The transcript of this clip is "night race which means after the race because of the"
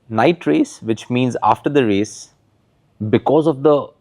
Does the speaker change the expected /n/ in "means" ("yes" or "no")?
no